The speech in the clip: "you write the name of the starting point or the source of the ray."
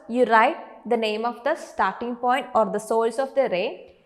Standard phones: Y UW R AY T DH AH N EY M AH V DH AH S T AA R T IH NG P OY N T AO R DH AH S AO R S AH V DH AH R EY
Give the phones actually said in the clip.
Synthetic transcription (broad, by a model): Y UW R AY T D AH N EY M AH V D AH S T AA R T IH NG P OY N T AO R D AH S AO L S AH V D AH R EY